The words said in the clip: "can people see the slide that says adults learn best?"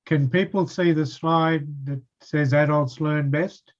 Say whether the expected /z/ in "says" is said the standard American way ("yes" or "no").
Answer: yes